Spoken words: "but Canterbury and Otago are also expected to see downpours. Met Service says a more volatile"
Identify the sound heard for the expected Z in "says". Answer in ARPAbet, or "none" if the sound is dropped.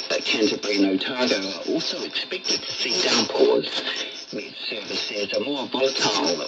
Z